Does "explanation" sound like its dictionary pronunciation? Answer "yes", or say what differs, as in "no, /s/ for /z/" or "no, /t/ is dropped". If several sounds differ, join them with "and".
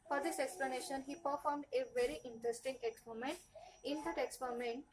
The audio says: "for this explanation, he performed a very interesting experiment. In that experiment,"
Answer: yes